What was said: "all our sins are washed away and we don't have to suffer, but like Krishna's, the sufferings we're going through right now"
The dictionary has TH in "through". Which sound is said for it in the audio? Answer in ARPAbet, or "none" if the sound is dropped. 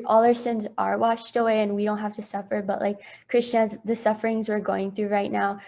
TH